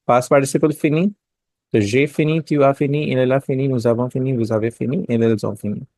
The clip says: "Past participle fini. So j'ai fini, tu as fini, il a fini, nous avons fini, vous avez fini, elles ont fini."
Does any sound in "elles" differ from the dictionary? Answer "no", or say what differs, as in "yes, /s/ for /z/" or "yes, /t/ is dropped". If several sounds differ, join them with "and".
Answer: yes, /z/ is dropped